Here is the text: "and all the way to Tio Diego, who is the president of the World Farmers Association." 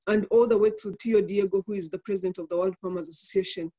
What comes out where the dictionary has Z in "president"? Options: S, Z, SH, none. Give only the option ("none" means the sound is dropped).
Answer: Z